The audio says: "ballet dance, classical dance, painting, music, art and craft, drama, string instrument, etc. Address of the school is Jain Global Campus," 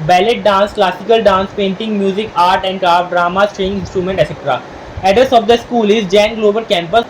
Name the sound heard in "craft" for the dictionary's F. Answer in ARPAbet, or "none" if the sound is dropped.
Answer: none